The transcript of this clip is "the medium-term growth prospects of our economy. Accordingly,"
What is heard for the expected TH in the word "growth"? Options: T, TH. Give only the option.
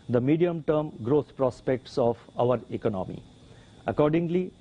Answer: T